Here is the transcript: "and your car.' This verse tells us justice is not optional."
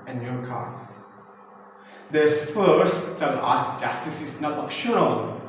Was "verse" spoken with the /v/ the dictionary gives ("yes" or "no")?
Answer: no